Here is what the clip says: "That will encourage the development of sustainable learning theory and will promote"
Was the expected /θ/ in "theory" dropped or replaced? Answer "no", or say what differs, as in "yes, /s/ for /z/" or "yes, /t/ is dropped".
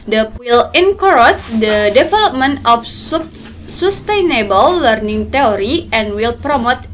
yes, /t/ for /θ/